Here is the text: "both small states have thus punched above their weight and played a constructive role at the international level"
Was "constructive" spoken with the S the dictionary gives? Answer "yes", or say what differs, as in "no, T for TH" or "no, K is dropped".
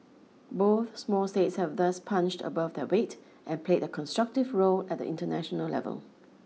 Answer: yes